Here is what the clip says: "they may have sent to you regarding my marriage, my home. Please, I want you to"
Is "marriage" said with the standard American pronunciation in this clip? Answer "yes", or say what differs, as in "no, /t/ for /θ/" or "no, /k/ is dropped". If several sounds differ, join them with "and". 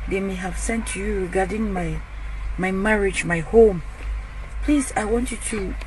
yes